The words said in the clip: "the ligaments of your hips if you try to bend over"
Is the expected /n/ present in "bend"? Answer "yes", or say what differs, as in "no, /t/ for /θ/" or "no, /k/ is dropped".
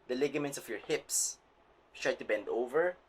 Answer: yes